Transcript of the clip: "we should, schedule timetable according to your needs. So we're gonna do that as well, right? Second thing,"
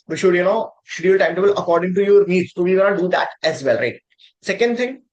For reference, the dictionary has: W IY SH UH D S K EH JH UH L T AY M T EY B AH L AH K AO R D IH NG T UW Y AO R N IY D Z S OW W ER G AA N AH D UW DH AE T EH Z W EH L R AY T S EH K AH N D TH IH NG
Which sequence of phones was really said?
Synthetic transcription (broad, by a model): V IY SH UH D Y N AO SH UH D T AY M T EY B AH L AH K AO R D IH NG T UW Y AO R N IY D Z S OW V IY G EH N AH D UW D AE T EH Z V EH L R AY T S EH K AH N D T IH NG